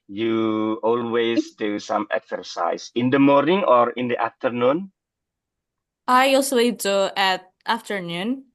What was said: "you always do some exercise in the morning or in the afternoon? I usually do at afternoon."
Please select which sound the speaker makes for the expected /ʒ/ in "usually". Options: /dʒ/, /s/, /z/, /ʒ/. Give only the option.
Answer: /s/